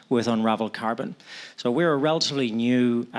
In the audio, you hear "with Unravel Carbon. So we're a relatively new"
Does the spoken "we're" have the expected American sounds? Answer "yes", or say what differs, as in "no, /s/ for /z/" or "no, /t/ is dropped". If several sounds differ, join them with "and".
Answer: yes